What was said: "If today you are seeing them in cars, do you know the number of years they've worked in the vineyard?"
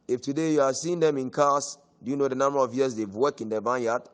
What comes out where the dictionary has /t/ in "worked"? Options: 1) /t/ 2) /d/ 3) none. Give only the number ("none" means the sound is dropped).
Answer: 3